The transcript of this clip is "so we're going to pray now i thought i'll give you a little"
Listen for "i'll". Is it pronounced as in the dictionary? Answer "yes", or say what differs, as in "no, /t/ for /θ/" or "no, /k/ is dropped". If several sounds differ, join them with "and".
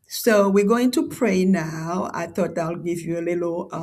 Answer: yes